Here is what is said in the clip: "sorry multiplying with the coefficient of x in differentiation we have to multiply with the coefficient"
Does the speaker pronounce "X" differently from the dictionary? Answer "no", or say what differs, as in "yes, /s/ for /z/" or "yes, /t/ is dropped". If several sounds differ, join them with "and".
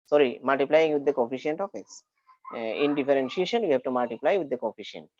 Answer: yes, /k/ is dropped